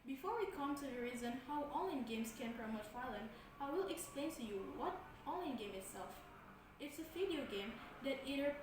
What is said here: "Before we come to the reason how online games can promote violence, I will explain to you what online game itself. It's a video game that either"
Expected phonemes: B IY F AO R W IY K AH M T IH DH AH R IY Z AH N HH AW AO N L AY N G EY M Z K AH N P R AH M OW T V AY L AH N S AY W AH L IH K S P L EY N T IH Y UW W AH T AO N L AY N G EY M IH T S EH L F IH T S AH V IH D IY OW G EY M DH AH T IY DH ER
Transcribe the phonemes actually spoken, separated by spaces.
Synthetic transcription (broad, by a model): B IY F AO R W IY K AH M T IH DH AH R IY Z AH N HH AW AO L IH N G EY M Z K AH N P R AH M OW T F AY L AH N AY W AH L IH K S P L EY N T IH Y UW W AH T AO L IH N G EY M IH T S EH L F IH T S AH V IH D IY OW G EY M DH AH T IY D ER